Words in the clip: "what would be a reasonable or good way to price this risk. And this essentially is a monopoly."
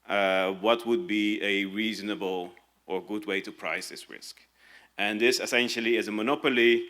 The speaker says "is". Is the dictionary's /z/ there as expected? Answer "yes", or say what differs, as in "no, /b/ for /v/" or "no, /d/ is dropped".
yes